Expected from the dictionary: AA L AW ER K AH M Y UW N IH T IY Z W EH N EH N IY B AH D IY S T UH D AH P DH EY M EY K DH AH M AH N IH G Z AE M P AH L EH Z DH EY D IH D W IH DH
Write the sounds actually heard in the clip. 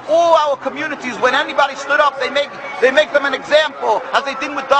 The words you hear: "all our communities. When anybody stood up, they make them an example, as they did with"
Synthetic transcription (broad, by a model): AA L AW ER K AH M Y UW N IH T IY Z W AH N EH N IY B AH D IY S T UH D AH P DH EY M EY K DH AH M AH N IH G Z AE M P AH L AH Z DH EY D IH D W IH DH